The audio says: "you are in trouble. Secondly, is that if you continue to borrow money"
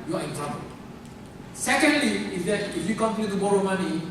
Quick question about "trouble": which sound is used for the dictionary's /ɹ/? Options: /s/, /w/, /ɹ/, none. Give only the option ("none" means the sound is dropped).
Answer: none